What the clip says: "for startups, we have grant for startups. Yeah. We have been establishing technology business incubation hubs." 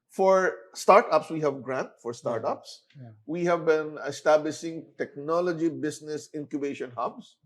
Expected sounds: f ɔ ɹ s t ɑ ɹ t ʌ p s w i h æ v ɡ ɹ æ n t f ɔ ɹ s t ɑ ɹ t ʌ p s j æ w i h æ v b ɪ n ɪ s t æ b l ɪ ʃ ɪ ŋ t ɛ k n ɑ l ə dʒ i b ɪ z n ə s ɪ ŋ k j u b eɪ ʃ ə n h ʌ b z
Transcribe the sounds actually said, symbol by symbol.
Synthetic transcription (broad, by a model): f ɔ ɹ s t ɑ ɹ t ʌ p s w i h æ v ɡ ɹ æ n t f ɔ ɹ s t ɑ ɹ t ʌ p s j w i h æ v b ɪ n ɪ s t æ b l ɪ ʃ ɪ ŋ t ɛ k n ɑ l ə dʒ i b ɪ s n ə s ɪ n k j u b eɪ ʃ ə n h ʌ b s